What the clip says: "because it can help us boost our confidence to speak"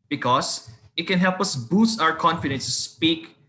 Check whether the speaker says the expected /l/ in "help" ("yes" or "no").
yes